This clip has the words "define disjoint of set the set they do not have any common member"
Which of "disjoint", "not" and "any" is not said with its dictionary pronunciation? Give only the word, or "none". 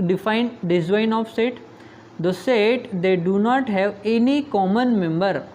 disjoint